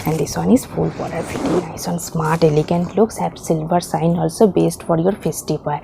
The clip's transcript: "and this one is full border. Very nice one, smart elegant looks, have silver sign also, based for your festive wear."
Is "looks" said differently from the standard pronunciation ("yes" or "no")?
no